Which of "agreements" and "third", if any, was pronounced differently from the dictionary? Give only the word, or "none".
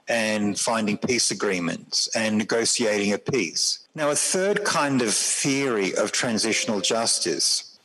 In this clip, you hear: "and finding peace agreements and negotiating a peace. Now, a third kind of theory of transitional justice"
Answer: none